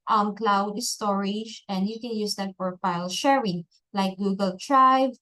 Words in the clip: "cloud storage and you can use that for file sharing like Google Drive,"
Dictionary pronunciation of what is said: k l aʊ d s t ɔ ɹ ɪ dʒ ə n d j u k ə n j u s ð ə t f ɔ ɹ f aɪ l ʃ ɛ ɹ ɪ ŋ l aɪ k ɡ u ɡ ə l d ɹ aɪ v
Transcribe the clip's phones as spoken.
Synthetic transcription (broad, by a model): k l aʊ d s t ɔ ɹ ɪ dʒ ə n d j u k ə n j u s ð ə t p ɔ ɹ f aɪ l ʃ ɛ ɹ ɪ ŋ l aɪ k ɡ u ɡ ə l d ɹ aɪ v